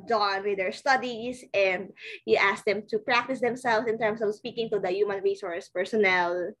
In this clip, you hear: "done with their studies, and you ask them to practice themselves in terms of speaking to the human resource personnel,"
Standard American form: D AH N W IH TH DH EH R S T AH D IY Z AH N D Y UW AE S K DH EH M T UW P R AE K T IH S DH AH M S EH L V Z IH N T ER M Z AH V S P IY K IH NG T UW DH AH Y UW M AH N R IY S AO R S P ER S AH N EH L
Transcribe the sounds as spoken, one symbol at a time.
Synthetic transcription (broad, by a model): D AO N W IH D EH R S T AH D IY S AH N D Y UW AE S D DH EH M T UW P R AE K T IH S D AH M S EH L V S IH N T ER M S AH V S P IY K IH NG T UW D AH Y UW M AH N R IY S AO R S P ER S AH N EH L